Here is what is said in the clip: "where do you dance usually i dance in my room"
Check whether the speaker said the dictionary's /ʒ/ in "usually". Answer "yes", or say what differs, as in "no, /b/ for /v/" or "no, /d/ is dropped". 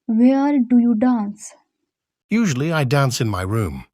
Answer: yes